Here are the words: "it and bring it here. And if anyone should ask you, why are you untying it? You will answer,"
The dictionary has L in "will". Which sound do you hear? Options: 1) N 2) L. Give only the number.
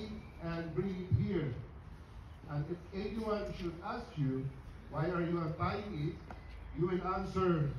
1